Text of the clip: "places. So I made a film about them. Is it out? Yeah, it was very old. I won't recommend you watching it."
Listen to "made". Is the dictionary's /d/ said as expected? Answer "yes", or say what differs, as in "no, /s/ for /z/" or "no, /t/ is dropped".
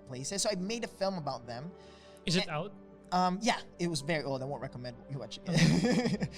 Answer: yes